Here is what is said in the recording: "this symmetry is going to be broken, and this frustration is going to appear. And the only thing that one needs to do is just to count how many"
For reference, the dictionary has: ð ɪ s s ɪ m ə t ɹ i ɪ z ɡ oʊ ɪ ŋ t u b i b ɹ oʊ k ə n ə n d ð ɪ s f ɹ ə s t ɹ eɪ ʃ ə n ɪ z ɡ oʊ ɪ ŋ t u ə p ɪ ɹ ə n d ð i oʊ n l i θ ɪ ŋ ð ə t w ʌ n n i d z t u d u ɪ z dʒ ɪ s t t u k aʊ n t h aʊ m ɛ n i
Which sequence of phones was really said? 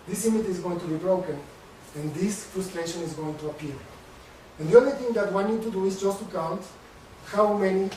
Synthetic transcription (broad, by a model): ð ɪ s s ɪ m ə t i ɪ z ɡ oʊ ɪ ŋ t u b i b ɹ oʊ k ə n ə n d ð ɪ s f ɹ ə s t ɹ eɪ ʃ ə n ɪ z ɡ oʊ ɪ ŋ t u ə p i ɹ ə n d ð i oʊ n l i θ ɪ ŋ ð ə t w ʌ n n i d t u d u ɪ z dʒ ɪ s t t u k aʊ n t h aʊ m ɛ n i